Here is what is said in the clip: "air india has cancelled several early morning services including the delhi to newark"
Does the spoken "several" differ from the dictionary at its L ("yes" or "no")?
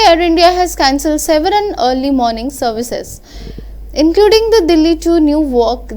yes